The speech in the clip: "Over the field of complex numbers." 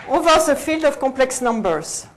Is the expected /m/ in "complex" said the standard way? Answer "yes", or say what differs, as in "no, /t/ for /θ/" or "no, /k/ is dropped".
no, /m/ is dropped